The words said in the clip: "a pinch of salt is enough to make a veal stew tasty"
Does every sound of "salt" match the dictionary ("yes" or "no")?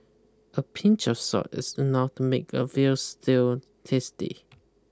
no